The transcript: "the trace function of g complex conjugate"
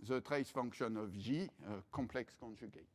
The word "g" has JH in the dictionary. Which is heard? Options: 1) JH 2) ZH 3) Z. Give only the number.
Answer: 2